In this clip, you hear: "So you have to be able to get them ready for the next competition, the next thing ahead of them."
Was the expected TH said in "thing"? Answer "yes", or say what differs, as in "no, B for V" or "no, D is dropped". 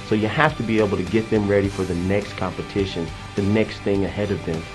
yes